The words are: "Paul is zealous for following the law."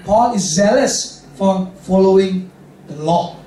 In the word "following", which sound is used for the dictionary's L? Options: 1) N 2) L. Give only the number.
2